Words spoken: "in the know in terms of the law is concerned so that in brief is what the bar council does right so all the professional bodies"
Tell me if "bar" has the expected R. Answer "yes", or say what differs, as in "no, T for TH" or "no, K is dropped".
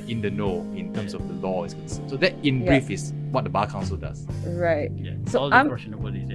no, L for R